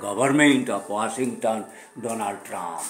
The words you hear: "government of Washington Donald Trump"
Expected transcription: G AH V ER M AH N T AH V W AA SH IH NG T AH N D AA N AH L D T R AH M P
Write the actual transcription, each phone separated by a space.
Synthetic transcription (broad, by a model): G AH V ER M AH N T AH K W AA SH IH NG T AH N D AA N AH L D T R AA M P